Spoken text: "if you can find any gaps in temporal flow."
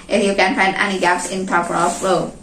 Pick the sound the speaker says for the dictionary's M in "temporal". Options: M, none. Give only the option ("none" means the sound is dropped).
none